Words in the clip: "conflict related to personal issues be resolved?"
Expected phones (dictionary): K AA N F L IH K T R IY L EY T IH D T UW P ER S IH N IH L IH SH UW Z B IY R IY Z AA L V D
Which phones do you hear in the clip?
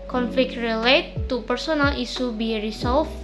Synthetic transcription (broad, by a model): K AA N F L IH K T R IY L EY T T UW P ER S IH N IH L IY S UW B IY R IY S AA L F